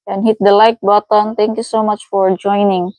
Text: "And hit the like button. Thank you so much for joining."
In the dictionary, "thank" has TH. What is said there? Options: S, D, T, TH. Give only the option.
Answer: T